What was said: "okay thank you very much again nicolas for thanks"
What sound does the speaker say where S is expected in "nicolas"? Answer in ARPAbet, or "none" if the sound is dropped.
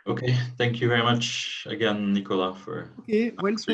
none